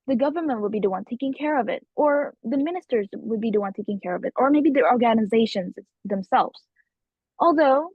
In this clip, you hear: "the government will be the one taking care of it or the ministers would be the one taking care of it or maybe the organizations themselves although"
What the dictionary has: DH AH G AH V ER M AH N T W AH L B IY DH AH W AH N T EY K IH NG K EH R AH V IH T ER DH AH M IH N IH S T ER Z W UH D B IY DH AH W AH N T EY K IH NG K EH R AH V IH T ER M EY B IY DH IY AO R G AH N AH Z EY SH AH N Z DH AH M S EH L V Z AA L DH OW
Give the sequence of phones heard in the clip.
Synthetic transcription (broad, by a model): DH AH G AH V ER M AH N T W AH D B IY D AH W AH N T EY K IH NG K EH R AH V IH T ER DH AH M IH N IH S T ER Z W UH D B IY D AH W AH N T EY K IH NG K EH R AH V IH T ER M EY B IY DH IY AO R G AH N AH Z EY SH AH N Z DH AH M S EH L V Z AA L DH OW